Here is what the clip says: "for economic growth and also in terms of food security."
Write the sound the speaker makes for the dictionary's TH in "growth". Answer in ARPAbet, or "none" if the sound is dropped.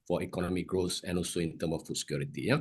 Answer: S